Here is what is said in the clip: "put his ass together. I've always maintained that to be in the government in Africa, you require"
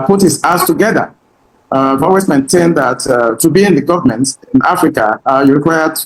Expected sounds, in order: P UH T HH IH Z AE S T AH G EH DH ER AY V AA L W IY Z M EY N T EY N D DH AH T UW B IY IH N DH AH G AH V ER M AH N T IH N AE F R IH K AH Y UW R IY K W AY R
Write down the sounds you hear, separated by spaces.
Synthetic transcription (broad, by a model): P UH T HH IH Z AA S T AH G EH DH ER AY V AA W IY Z M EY N T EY N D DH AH T UW B IY IH N DH AH G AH V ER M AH N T IH N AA F R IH K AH Y UW R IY K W AY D